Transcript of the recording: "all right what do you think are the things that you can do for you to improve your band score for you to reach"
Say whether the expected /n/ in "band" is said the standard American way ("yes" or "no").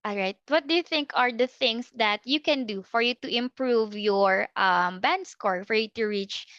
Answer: yes